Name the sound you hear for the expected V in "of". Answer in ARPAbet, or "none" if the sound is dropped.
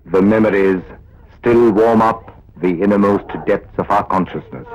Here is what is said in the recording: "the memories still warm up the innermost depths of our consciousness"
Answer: V